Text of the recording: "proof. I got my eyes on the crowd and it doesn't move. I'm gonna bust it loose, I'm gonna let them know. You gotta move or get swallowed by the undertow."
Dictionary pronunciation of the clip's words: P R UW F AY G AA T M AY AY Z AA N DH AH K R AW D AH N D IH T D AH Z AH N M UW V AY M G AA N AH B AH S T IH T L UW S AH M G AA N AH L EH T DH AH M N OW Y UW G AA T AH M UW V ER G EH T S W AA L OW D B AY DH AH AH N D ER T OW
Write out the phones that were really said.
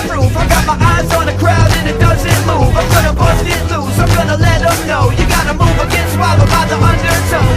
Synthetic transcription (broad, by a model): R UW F AY G AA T M AY AY Z N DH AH K R AW D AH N IH T D AH Z AH N M UW V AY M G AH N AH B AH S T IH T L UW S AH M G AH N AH L EH T AH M N OW Y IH G AA T AH M UW V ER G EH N S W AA IH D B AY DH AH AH N D ER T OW